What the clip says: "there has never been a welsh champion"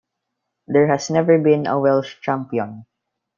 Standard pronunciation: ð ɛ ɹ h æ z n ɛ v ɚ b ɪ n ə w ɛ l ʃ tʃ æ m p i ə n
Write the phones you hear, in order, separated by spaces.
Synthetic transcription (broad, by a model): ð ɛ ɹ h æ s n ɛ v ɚ b ɪ n ə w ɛ l ʃ tʃ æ m p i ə n